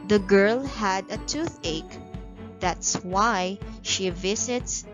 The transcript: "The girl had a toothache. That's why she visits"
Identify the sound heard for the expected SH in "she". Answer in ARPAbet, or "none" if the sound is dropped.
SH